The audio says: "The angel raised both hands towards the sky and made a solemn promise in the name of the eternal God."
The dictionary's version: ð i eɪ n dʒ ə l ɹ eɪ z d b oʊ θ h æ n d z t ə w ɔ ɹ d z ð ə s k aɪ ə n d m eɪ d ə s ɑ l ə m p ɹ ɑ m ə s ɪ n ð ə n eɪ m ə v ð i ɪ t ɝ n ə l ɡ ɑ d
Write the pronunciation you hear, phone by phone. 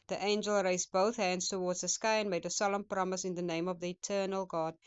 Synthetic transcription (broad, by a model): ð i eɪ n dʒ ə l ɹ eɪ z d b oʊ θ h æ n d z t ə w ɔ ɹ d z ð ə s k aɪ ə n m eɪ d ə s ɑ l ə m p ɹ ɑ m ə s ɪ n ð ə n eɪ m ə v ð i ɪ t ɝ n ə l ɡ ɑ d